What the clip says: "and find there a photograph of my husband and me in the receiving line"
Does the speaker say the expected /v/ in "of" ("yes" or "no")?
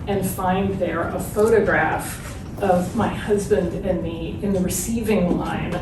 yes